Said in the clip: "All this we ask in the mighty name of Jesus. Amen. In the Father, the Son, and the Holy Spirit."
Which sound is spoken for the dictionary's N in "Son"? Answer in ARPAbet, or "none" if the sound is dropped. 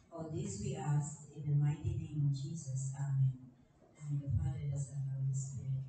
L